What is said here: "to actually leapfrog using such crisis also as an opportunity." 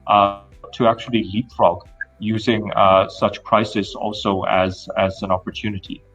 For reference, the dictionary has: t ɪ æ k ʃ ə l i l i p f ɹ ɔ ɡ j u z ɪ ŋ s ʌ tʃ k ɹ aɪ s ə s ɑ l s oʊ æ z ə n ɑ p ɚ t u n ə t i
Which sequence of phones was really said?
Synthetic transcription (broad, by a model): t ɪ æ k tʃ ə l i l i p f ɹ ɔ ɡ j u z ɪ ŋ s ʌ tʃ k ɹ aɪ s ə s ɑ l s oʊ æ z ə n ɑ p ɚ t u n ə t i